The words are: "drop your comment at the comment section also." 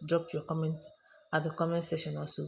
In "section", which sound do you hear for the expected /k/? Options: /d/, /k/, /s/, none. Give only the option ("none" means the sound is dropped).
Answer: none